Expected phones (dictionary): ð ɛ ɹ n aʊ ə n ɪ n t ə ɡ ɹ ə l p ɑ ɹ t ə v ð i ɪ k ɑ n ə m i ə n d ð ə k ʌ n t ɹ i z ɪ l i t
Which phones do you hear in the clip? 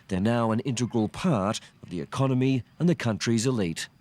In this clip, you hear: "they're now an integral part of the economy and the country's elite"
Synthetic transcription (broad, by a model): ð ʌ ɹ n aʊ ə n ɪ n t ə ɡ ɹ ə l p ɑ ɹ t ə v ð i ɪ k ɑ n ə m i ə n ð ə k ʌ n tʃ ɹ i z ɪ l i t